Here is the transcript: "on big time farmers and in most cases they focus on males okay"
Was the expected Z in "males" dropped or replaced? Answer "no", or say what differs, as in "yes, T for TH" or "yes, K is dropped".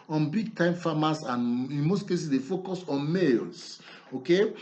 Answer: yes, S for Z